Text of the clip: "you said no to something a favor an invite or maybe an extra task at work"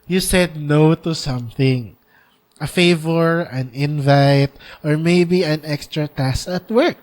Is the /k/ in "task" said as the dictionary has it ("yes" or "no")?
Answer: no